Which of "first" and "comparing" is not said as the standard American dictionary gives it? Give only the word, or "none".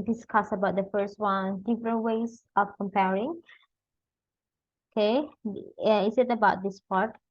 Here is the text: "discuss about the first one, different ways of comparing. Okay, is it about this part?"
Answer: none